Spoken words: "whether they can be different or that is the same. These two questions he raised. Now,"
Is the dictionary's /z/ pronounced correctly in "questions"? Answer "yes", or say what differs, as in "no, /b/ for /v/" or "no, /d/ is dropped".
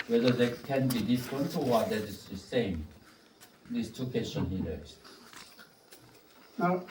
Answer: no, /z/ is dropped